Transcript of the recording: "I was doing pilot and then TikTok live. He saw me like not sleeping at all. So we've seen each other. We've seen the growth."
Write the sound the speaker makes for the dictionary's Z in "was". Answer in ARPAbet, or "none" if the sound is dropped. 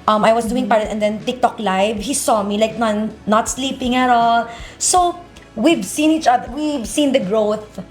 S